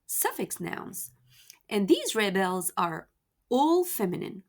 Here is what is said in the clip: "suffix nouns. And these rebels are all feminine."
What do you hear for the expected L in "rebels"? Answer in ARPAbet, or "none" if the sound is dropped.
L